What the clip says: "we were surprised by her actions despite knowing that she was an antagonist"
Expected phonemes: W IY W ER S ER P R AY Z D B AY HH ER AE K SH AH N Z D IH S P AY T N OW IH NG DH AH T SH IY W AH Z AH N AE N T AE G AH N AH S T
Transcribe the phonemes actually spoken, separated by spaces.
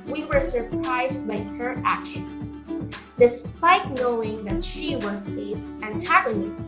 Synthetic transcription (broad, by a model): W IY W ER S ER P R AY Z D B AY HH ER AE K SH AH N Z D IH S P AY T N OW IH NG DH AH T SH IY W AH Z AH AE N T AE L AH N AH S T